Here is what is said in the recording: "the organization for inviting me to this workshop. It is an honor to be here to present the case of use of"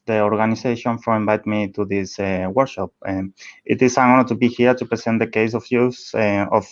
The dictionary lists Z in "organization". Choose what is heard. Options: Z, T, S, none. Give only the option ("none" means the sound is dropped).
S